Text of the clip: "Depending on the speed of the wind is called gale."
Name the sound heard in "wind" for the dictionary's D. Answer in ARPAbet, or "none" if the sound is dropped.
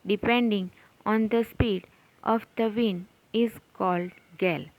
none